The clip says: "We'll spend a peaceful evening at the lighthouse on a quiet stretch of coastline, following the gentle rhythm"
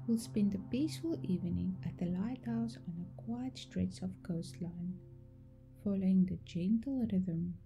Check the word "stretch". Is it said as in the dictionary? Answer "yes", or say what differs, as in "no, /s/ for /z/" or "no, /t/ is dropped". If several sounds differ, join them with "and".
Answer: no, /s/ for /tʃ/